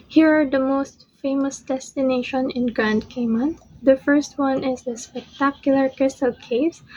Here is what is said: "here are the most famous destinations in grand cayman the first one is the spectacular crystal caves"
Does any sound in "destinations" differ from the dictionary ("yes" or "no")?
yes